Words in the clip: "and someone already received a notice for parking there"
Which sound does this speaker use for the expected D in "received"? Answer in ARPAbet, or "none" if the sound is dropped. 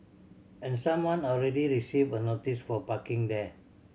none